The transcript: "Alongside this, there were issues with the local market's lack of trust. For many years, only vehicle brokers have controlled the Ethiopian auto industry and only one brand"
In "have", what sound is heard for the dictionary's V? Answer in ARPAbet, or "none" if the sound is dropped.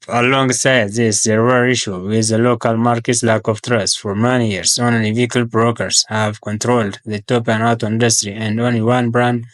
V